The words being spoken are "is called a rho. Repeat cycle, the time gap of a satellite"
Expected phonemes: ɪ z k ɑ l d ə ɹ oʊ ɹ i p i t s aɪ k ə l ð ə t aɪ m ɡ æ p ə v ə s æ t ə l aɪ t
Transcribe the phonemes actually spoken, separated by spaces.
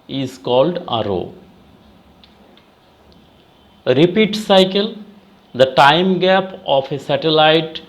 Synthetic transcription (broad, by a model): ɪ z k ɑ l d ə ɹ oʊ ɹ i p i t s aɪ k ə l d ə t aɪ m ɡ æ p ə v ə s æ t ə l aɪ t